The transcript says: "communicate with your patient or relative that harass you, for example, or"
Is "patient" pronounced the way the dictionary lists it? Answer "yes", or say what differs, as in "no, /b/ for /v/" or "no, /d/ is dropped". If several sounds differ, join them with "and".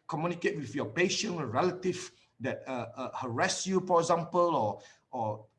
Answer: no, /t/ is dropped